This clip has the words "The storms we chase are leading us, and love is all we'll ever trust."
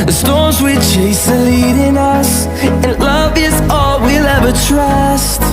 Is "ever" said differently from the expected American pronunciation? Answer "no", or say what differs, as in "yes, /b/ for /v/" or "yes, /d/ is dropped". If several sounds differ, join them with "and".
no